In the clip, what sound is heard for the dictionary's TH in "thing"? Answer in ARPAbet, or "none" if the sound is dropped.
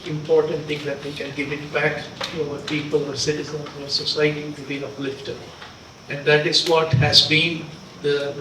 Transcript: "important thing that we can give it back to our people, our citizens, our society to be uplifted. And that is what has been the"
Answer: T